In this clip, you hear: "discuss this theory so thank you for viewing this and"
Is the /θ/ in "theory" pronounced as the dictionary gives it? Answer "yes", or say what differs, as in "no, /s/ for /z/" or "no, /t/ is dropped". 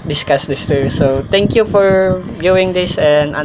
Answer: no, /t/ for /θ/